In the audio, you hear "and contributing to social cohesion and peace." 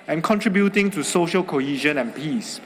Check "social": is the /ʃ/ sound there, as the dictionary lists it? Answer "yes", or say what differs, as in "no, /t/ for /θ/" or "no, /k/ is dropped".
yes